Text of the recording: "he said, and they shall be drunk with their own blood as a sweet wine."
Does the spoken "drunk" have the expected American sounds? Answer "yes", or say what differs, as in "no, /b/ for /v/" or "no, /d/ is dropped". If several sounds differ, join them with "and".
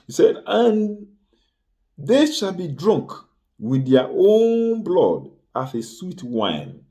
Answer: yes